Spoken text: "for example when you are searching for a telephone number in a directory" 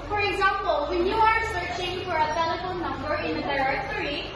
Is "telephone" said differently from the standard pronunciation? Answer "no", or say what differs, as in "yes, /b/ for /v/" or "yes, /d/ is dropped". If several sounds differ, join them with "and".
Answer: yes, /l/ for /n/